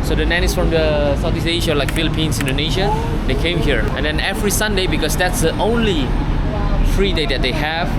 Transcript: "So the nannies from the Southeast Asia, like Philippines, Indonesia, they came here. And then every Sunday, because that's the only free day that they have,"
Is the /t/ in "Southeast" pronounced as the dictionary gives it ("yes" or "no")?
no